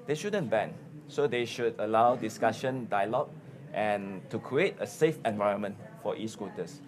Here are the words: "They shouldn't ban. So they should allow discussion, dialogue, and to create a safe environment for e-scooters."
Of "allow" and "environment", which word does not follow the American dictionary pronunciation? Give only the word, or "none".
none